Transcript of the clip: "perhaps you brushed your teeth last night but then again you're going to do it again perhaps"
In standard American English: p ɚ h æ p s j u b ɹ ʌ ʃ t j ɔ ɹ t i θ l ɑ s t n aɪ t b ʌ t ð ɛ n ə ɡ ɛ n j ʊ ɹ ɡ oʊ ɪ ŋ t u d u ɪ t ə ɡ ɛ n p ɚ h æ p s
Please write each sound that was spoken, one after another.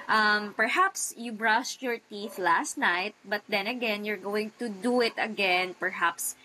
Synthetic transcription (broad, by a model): p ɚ h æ p s j u b ɹ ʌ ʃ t j ɔ ɹ t i θ l ɑ s t n aɪ t b ʌ t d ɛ n ə ɡ ɛ n j ʊ ɹ ɡ oʊ ɪ ŋ t u d u ɪ t ə ɡ ɛ n p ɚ h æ p s